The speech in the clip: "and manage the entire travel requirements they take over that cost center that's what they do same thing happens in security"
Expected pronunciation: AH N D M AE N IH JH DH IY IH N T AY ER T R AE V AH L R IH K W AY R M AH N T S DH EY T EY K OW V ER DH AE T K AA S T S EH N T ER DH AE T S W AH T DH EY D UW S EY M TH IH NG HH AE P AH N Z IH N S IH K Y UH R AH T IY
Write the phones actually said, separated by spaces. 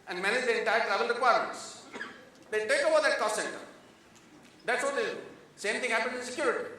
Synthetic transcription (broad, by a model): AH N D M AE N IH JH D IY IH N T AY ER T R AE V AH L R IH K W AY R M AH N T S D EY T EY K OW V ER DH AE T K AA S T S EH N T ER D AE T S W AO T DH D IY S EY M T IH NG HH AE P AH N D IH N S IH K Y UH R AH T IY